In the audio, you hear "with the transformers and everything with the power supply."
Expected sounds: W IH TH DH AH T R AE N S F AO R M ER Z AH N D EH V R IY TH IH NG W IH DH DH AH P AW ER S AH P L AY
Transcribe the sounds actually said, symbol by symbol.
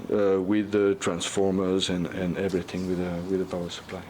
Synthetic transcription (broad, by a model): W IH DH AH T R AE N S F AO R M ER Z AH N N EH V R IY TH IH NG W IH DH DH AH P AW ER S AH P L AY